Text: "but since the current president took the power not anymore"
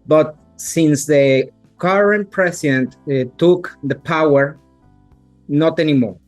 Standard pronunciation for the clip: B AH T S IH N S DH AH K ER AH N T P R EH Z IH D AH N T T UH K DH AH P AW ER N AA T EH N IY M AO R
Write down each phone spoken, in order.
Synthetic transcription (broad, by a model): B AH T S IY N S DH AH K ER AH N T P R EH S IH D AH N T T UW K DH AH P AW ER N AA T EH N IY M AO R